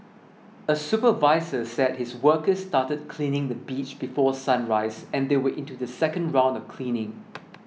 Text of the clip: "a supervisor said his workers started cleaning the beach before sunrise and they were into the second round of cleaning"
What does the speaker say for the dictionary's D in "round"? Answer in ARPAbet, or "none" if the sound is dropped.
D